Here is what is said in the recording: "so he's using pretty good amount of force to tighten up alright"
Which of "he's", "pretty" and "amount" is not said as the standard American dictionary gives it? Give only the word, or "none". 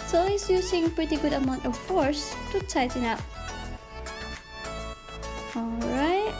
he's